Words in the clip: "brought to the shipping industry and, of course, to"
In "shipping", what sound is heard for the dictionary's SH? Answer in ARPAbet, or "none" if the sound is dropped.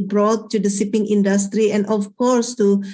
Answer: S